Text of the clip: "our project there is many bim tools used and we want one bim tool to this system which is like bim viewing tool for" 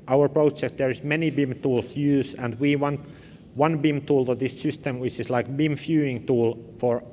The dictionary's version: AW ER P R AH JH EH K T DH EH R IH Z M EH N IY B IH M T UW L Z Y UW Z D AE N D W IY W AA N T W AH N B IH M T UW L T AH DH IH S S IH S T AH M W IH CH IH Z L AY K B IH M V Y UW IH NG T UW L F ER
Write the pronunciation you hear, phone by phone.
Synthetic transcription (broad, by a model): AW ER P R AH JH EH K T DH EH R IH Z M EH N IY B IH M T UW L S Y UW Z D AE N D W IY W AA N T W AH N B IH M T UW L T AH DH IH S S IH S T AH M W IH CH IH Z L AY K B IH M F Y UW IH NG T UW L F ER